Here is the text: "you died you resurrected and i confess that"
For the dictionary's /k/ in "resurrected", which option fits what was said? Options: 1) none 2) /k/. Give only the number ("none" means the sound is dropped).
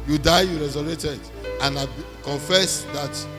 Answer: 1